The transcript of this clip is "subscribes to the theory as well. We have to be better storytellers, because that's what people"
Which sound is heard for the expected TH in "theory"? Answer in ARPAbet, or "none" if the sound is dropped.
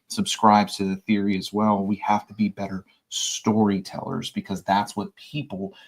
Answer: TH